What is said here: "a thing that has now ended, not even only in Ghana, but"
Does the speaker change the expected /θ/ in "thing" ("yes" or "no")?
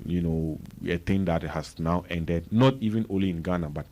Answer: yes